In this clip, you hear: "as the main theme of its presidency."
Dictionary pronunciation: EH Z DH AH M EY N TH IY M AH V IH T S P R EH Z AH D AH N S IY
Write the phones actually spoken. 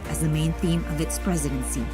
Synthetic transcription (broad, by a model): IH Z DH AH M EY N TH IY M AH V IH T S P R EH Z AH D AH N S IY